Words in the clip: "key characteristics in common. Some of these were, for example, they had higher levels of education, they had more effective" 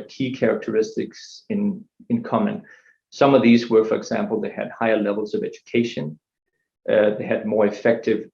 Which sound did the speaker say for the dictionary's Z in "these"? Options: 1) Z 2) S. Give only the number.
1